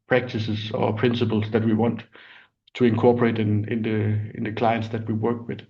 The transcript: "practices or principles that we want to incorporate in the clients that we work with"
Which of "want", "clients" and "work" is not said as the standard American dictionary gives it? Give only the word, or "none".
none